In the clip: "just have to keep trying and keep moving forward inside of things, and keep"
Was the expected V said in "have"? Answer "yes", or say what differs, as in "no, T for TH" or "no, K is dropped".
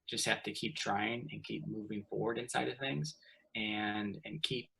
no, F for V